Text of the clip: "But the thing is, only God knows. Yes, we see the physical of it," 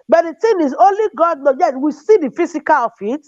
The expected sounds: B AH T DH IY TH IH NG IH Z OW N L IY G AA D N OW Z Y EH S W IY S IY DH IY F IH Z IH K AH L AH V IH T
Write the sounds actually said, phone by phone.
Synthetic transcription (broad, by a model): B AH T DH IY T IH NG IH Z OW N L IY G AA D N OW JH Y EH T W IY S IY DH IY F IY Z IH K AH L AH F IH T